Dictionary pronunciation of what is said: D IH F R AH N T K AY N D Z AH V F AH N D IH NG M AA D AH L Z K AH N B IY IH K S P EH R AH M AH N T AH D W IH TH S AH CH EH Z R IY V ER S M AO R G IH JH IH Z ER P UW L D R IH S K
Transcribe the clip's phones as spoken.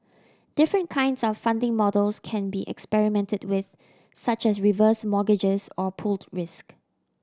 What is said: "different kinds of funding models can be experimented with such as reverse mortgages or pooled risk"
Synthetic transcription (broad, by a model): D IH F R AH N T K AY N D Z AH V F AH N D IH NG M AA D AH L S K AH N B IY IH K S P EH R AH M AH N T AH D W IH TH S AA CH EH S R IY V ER S M AO G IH JH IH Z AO P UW L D R IH S K